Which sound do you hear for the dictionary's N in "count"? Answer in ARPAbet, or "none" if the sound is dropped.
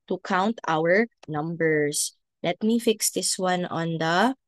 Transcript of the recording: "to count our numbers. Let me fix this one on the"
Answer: N